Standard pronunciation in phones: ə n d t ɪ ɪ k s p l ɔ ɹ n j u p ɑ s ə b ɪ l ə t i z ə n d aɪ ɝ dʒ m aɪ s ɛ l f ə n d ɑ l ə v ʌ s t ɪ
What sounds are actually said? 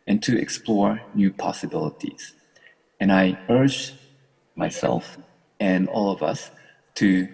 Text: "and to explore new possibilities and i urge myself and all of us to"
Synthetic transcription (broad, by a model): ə n t ɪ ɪ k s p l ɔ ɹ n j u p ɑ s ə b ɪ l ə t i z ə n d aɪ ɝ dʒ m aɪ s ɛ l f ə n ɑ l ə v ʌ s t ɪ